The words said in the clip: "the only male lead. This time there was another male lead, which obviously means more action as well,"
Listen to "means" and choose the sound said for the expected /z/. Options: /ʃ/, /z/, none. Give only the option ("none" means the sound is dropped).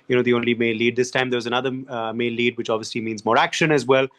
/z/